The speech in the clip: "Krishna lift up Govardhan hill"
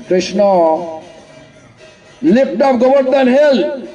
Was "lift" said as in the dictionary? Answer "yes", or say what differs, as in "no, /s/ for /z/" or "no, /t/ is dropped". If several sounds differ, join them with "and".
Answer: no, /p/ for /f/